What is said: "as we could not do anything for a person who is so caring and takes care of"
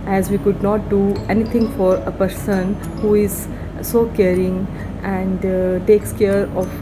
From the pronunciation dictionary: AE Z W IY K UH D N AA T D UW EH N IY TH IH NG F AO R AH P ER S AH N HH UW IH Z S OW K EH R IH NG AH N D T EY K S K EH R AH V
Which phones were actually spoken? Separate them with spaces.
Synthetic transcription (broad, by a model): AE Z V IY K UH D N AA T D UW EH N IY T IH NG F AO R AH P ER S AH N HH UW IH Z S OW K EH R IH NG AH N D T EY K S K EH R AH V